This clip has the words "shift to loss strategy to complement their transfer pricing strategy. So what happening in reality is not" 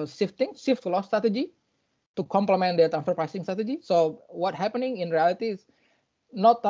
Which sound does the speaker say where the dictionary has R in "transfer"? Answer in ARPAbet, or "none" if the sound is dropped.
none